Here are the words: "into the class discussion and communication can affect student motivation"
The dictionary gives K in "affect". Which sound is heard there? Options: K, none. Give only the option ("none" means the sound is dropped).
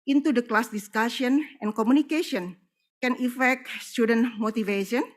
K